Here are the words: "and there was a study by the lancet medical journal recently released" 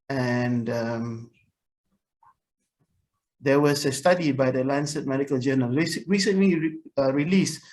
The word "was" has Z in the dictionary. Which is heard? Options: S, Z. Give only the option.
S